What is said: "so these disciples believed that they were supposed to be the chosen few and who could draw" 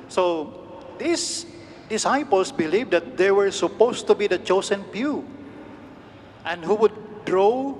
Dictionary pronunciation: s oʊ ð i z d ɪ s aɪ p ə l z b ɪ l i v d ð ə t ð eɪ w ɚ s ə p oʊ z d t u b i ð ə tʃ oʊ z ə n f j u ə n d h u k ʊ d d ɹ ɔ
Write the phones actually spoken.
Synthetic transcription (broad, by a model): s oʊ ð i s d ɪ s aɪ p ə l s b ɪ l i v d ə t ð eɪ w ɚ s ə p oʊ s t u b i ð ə tʃ oʊ s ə n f j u ə n d h u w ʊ d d ɹ ɔ